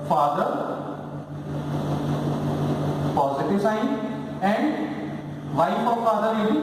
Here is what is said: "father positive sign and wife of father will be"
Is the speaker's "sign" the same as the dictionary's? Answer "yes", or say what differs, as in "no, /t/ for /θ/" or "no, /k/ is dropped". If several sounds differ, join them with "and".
no, /n/ is dropped